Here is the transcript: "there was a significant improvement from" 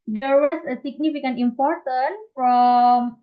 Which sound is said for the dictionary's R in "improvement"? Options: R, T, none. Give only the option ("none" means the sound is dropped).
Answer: none